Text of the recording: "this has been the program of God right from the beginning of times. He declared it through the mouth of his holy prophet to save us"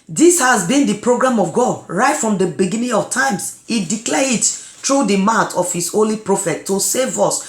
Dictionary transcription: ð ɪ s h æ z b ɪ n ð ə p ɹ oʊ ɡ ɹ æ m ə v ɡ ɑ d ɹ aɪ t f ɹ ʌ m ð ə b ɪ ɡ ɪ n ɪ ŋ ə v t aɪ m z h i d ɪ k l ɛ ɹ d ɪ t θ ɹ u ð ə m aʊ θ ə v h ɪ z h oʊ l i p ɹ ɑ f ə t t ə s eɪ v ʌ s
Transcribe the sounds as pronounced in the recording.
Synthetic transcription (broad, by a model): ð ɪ s h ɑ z b ɪ n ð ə p ɹ oʊ ɡ ɹ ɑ m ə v ɡ ɑ d ɹ aɪ t f ɹ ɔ m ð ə b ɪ ɡ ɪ n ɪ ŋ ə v t aɪ m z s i d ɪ k l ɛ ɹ ɪ t t ɹ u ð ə m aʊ t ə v h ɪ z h oʊ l i p ɹ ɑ f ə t t ə s eɪ v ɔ s